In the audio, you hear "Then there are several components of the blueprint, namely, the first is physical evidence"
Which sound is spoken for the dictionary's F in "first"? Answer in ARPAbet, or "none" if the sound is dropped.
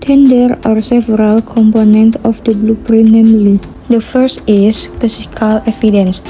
F